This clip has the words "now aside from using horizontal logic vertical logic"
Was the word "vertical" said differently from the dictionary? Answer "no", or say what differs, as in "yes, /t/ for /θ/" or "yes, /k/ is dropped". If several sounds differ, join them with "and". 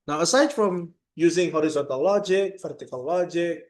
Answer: yes, /f/ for /v/